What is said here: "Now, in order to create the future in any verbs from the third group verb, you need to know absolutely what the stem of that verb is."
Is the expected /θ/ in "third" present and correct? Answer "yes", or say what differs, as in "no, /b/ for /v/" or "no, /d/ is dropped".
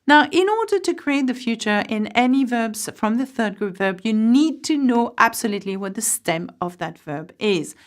yes